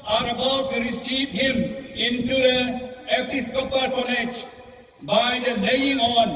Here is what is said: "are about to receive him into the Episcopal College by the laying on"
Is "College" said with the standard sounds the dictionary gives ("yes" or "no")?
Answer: no